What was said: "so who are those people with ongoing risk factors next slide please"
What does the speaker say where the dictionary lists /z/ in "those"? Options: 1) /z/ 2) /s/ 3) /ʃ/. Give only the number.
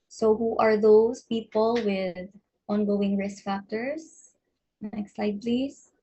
2